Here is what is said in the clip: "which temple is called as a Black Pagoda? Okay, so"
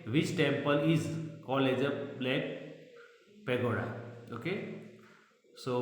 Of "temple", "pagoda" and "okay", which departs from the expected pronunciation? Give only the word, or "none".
none